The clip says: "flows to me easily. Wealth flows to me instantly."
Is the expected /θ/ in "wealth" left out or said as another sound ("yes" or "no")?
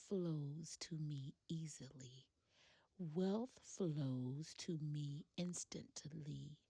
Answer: no